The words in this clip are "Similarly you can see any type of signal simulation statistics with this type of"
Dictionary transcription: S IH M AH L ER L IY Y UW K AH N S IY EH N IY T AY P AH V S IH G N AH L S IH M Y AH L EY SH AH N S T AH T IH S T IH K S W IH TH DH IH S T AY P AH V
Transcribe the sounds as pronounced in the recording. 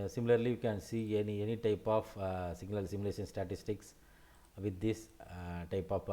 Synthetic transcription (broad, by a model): S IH M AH L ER L IY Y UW K AH N S IY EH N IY T AY P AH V S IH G L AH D S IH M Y L EY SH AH N S T AH T IH S T IH K S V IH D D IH S T AY P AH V